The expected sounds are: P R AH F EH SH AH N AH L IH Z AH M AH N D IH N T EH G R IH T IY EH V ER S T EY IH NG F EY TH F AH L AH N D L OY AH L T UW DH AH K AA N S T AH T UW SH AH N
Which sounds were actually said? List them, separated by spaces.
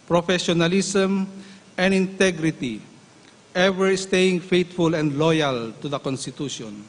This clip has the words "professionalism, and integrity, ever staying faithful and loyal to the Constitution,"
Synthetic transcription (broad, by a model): P R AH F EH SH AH N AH L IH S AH M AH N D IH N T EH G R IH T IY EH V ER S T EY IH NG F EY T F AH L AH N D L OY AH L T UW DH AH K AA N S T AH T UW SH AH N